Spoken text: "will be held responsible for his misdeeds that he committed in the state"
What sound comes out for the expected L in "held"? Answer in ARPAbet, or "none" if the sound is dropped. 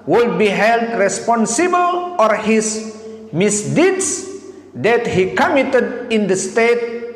L